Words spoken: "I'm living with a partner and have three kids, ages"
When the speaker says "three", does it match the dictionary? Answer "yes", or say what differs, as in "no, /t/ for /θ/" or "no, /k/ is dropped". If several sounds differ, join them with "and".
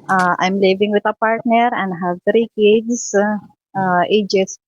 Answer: no, /t/ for /θ/